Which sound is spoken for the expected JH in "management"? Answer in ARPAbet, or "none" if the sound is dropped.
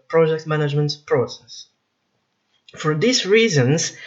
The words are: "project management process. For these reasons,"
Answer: JH